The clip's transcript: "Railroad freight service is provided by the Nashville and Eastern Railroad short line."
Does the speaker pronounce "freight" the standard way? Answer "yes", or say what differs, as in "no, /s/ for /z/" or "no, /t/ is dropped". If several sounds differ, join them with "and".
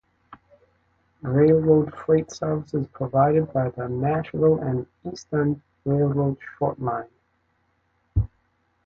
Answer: no, /l/ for /ɹ/